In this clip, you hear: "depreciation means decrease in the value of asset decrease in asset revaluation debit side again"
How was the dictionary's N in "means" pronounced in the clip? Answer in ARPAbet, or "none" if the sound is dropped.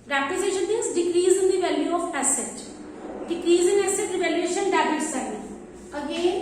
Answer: none